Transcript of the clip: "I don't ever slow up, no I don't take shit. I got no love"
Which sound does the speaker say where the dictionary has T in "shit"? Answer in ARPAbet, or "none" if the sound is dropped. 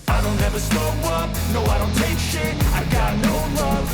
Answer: none